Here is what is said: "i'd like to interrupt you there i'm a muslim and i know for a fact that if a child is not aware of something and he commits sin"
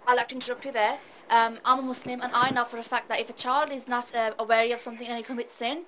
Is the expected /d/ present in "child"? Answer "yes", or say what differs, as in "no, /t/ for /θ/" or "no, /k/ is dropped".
yes